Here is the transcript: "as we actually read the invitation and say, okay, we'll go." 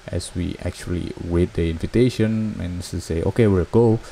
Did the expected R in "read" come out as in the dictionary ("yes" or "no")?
no